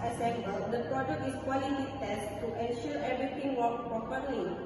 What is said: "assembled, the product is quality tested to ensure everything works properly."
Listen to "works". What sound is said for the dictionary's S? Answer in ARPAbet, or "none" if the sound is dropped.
none